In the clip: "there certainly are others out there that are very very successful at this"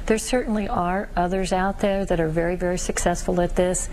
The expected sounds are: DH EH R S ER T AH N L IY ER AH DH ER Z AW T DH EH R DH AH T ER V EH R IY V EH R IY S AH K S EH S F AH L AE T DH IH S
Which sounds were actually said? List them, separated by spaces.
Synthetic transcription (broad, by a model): DH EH R S ER T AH N L IY ER AH DH ER Z AW T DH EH R DH AH T ER V EH R IY V EH R IY S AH K S EH S F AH L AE T DH IH S